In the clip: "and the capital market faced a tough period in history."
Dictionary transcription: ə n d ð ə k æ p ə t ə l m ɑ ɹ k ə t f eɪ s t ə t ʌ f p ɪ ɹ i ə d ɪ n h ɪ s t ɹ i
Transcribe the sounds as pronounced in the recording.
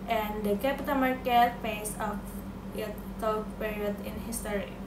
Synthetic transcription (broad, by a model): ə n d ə k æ p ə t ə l m ɑ ɹ k ə t p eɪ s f ə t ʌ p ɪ ɹ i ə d ɪ n h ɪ s t ɹ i